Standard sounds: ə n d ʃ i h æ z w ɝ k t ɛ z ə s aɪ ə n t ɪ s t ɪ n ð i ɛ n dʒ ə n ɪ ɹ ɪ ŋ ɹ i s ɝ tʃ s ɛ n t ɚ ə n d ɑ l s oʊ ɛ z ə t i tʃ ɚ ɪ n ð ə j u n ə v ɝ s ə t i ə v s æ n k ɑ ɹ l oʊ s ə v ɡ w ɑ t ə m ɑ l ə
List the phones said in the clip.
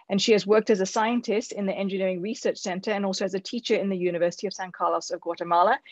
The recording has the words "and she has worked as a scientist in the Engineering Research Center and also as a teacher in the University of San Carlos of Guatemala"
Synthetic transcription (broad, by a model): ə n ʃ i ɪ z w ɝ k t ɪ z ə s aɪ ə n t ɪ s t ɪ n ð i ɛ n dʒ ə n ɪ ɹ ɪ ŋ ɹ i s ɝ tʃ s ɛ n t ɚ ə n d ɑ l s oʊ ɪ z ə t i tʃ ɚ ɪ n ð ə j u n ə v ɝ s ə t i ə v s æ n k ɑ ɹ l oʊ s ə v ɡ w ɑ t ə m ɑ l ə